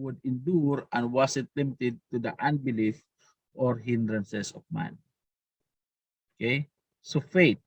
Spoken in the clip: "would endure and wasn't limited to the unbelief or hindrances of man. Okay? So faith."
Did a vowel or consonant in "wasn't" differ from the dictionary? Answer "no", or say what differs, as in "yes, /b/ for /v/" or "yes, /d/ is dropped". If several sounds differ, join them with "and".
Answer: yes, /s/ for /z/ and /n/ is dropped